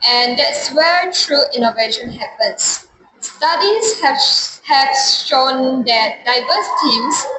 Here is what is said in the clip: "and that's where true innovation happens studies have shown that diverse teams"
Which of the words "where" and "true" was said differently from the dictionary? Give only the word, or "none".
none